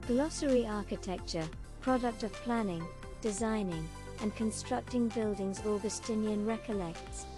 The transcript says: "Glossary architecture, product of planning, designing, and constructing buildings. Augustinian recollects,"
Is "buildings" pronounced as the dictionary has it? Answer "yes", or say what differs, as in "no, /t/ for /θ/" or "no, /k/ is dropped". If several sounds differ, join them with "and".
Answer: yes